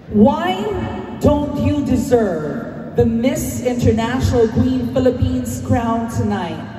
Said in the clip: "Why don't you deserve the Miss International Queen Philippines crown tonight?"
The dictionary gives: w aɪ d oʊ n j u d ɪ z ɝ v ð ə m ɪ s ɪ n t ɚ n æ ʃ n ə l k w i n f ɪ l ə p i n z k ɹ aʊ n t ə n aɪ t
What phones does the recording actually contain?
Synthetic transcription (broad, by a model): w aɪ d oʊ n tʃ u d ɪ z ɝ v ð ə m ɪ s ɪ n t ɚ n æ ʃ n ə l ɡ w i n f ɪ l ə p i n z k ɹ aʊ n t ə n aɪ t